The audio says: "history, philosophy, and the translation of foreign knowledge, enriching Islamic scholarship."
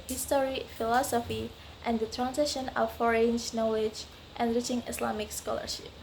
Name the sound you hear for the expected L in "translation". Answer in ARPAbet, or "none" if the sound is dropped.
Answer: none